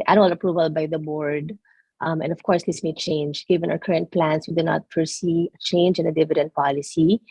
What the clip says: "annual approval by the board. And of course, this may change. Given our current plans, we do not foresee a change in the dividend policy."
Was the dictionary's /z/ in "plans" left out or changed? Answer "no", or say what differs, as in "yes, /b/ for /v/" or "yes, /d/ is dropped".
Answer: yes, /s/ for /z/